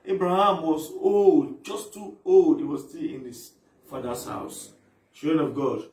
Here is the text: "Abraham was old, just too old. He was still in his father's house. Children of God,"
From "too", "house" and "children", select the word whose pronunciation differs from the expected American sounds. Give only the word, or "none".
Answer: children